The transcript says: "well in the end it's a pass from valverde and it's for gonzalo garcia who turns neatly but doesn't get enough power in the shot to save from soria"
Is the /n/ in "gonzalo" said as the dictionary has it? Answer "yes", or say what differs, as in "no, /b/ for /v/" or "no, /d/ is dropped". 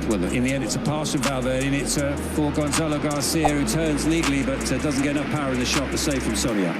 yes